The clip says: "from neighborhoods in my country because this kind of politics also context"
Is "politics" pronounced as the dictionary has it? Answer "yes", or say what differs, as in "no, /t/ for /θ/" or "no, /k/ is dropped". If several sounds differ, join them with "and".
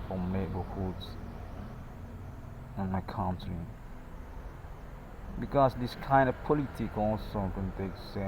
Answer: no, /s/ is dropped